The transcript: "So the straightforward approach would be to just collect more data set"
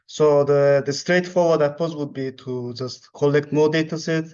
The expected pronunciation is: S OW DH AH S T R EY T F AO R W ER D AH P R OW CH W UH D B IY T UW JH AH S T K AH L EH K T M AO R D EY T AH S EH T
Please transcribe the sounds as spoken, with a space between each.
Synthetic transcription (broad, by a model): S OW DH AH S T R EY T F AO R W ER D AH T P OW S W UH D B IY T UW JH AH S T K AH L EH K T M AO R D EY T AH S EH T